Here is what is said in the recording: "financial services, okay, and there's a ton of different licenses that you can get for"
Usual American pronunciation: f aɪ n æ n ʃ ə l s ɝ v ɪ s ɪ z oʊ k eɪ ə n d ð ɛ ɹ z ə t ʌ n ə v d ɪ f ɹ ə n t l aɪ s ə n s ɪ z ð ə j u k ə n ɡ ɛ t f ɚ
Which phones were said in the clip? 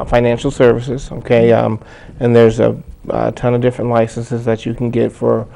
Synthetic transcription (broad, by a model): f aɪ n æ n ʃ l s ɝ v ɪ s ɪ z oʊ k eɪ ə n ð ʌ ɹ z ə t ʌ n ə v d ɪ f ɹ ə n t l aɪ s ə n s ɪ z ð ə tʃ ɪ k n ɡ ɛ t f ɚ